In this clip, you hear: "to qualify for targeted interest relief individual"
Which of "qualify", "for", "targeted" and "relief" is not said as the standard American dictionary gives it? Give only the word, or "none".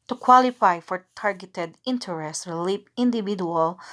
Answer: relief